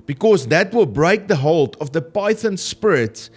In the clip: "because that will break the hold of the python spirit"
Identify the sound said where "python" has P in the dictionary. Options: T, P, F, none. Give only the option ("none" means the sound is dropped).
P